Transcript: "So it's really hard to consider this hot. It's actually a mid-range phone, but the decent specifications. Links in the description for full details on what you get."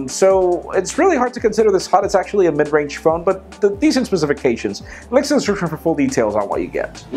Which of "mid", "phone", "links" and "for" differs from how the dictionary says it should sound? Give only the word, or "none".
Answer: links